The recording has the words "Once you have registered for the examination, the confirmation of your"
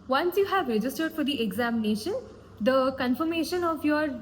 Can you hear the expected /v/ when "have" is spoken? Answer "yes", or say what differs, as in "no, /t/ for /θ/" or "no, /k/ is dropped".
yes